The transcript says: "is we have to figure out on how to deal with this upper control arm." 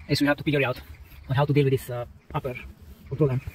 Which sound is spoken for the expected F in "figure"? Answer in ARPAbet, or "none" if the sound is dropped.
P